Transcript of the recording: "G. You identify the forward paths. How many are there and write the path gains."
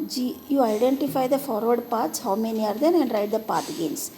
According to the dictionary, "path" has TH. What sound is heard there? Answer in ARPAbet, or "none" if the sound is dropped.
T